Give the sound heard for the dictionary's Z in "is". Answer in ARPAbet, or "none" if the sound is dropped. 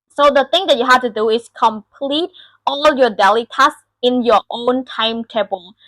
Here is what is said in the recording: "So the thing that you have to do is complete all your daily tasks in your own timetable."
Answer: S